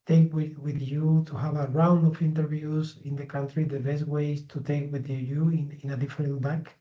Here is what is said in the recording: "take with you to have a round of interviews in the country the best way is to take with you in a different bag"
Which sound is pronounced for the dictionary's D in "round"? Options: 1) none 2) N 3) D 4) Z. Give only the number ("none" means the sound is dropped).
3